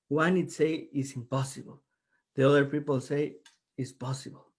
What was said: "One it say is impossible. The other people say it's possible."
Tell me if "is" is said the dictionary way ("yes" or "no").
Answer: no